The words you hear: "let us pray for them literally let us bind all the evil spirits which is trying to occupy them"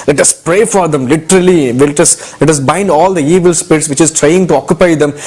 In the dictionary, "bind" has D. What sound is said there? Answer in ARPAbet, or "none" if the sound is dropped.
D